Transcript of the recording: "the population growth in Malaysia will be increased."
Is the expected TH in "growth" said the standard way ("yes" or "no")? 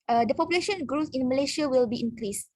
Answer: no